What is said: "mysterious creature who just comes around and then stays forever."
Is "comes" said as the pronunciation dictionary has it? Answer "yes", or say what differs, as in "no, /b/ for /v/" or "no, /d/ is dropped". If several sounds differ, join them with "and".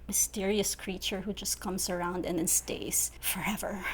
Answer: no, /s/ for /z/